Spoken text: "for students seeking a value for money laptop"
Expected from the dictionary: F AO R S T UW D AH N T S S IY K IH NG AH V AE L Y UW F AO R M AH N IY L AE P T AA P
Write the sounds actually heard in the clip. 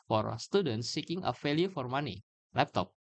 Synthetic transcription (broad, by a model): F AO R S T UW D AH N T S S IY K IH NG AH F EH L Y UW F AO R M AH N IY L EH P T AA P